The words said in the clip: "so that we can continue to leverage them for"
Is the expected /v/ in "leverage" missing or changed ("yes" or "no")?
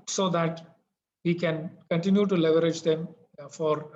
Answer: no